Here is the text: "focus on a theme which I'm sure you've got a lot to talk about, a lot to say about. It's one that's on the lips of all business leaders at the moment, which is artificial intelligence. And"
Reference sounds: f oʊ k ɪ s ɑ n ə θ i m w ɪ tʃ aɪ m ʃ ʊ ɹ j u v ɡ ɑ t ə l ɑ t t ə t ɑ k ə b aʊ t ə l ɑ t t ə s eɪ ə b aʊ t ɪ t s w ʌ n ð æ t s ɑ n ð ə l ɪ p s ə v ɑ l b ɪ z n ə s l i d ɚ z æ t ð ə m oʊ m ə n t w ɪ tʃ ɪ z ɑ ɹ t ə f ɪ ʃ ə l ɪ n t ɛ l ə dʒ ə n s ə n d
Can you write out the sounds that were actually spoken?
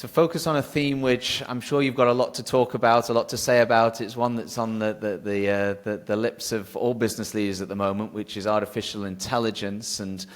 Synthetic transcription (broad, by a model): f oʊ k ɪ s n ə θ i m w ɪ tʃ aɪ m ʃ ʊ ɹ j u v ɡ ɑ t ə l ɑ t t ə t ɑ k ə b aʊ t ə l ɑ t t ə s eɪ ə b aʊ t ɪ t s w ʌ n ð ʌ t s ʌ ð ð ə l ɪ p s ə v ɑ l b ɪ z n ə s l i d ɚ z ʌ t ð ə m oʊ m ə n t w ɪ tʃ ɪ z ɑ ɹ t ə f ɪ ʃ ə l ɪ n t ɛ l ə dʒ ə n s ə n